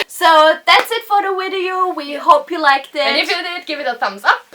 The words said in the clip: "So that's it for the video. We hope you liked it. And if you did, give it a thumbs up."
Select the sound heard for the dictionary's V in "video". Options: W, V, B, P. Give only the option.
W